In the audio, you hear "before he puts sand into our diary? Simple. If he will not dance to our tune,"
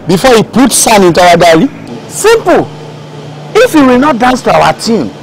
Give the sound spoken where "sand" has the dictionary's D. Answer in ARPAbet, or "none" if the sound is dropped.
none